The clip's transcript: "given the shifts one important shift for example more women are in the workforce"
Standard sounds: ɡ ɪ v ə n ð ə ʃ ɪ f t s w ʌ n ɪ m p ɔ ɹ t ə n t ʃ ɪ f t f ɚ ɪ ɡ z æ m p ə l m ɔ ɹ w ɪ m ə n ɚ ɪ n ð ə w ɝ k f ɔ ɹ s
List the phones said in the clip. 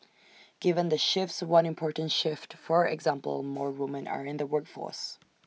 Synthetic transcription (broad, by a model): ɡ ɪ v ə n ð ə ʃ ɪ f t s w ʌ n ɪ m p ɔ ɹ t n t ʃ ɪ f t f ɚ ɪ ɡ z æ m p ə l m ɔ ɹ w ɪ m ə n ɚ ɪ n ð ə w ɝ k f ɔ ɹ s